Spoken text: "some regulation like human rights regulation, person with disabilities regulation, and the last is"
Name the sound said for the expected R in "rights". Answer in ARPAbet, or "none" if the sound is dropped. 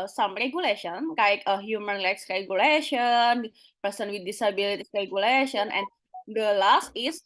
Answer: L